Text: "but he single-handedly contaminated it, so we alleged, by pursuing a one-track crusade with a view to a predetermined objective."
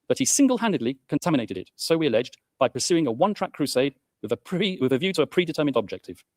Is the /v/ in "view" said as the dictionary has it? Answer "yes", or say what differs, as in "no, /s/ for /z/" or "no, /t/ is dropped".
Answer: yes